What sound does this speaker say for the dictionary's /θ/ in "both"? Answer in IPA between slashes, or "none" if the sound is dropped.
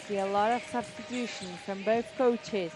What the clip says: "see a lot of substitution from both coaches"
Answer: /θ/